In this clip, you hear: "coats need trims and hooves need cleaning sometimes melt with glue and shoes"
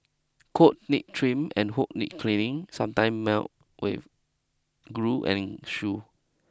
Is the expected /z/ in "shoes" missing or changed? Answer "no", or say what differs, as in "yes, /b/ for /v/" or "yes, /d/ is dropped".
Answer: yes, /z/ is dropped